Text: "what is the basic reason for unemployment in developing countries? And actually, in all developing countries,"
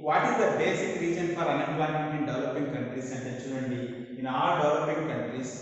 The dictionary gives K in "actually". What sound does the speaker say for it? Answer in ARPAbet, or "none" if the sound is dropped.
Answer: none